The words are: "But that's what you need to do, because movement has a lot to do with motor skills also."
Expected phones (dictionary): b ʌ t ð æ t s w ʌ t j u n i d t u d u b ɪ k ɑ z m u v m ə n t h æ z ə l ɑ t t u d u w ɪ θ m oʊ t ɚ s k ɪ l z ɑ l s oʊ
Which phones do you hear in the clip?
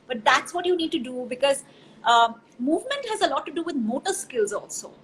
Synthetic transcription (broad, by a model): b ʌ t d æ t s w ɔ t j u n i d t u d u b ɪ k ɑ z m u v m ə n t h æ z ə l ɑ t t u d u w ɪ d m oʊ t ɚ s k ɪ l z ɑ l s oʊ